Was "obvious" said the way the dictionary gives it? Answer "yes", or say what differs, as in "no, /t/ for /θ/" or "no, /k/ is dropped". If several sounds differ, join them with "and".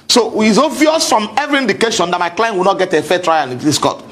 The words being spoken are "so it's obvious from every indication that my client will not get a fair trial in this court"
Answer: no, /b/ is dropped